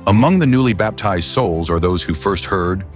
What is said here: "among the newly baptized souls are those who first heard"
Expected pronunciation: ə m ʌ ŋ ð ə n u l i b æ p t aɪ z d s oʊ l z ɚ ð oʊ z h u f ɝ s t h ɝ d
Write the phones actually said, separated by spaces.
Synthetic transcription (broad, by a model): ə m ʌ ŋ ð ə n u l i b æ p t aɪ z d s oʊ l z ɚ ð oʊ z h u f ɝ s t h ɝ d